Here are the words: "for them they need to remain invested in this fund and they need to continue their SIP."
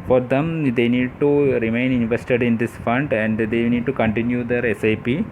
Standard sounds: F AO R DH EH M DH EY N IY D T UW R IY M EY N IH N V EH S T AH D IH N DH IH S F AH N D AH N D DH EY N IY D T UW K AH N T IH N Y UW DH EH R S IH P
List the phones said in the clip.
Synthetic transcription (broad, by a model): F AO R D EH M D EY N IY D T UW R IY M EY N IH N V EH S T AH D IH N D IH S F AH N D AH N D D EY N IY D T UW K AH N T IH N Y UW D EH R S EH P